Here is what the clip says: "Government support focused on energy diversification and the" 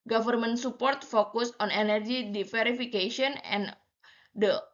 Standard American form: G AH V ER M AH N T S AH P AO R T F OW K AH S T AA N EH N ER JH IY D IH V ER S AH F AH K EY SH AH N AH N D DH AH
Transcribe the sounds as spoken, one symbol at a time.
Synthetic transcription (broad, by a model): G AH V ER M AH N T S AH P AO R T F OW K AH S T AA N EH N ER JH IY D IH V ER AH F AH K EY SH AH N AH N D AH